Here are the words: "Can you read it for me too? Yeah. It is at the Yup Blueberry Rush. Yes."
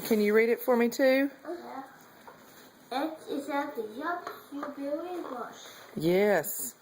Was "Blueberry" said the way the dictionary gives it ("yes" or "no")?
no